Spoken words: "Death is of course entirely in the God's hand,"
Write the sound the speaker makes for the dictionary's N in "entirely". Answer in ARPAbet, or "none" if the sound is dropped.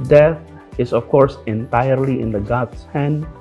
N